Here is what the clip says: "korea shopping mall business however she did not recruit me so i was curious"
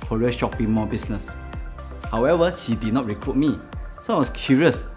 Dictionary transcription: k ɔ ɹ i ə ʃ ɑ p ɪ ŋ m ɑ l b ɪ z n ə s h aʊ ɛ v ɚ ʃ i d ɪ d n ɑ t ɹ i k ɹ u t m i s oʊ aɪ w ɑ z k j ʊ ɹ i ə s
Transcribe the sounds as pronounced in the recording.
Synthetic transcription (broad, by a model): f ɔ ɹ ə ʃ ɑ p ɪ ŋ m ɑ b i s n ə s h aʊ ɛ v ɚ ʃ i d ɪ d n ɑ t ɹ i k ɹ u t m i s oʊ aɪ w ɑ s k j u ɹ i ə s